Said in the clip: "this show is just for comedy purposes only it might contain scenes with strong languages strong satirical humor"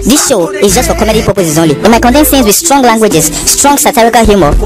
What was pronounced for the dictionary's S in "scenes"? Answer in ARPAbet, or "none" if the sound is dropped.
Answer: TH